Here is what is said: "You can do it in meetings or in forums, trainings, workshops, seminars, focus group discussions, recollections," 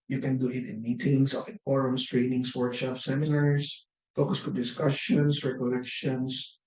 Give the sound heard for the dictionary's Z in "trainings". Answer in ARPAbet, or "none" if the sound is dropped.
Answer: S